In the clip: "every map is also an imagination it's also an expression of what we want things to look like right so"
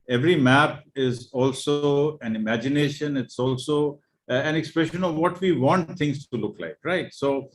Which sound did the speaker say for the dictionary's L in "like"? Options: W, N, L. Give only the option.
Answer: L